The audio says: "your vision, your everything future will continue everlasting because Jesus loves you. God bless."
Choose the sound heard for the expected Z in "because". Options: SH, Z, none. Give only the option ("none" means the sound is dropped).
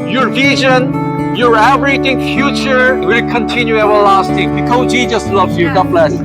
none